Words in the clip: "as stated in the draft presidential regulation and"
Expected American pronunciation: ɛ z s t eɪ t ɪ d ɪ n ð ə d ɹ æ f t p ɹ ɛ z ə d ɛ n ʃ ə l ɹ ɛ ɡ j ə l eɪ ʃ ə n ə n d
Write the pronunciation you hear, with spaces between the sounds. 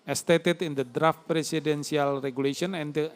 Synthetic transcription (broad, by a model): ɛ s t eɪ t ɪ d ɪ n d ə d ɹ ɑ f t p ɹ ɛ s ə d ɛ n s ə l ɹ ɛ ɡ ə l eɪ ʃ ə n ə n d